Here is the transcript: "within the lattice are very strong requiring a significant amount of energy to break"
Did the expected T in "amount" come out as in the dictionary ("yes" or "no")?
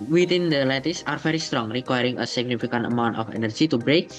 yes